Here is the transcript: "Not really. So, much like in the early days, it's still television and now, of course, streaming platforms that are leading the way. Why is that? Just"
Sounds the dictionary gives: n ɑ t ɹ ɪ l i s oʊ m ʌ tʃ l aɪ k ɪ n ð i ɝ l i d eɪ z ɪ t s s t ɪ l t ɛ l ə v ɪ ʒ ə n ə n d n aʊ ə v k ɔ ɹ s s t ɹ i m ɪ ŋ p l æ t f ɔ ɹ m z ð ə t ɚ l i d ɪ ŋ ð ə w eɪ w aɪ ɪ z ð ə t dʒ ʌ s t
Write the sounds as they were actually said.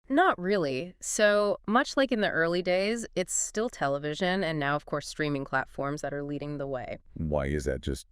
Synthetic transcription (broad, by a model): n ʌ t ɹ ɪ l i s oʊ m ʌ tʃ l aɪ k ɪ n ð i ɝ l i d eɪ z ɪ t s s t ɪ l t ɛ l ə v ɪ ʒ ə n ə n n aʊ ə v k ɔ ɹ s s t ɹ i m ɪ ŋ p l æ t f ɔ ɹ m z ð ə t ɚ l i d ɪ ŋ ð ə w eɪ w aɪ ɪ z ð ə t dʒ ʌ s t